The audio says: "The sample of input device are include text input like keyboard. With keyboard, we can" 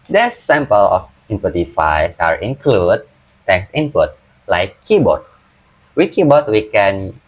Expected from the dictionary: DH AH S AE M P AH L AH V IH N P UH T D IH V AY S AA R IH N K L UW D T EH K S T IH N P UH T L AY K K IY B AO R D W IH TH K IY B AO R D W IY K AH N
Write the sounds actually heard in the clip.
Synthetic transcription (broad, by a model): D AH S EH M P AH L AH F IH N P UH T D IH F AY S AA R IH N K L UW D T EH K S IH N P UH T L AY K K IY B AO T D W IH K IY B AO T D W IY K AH N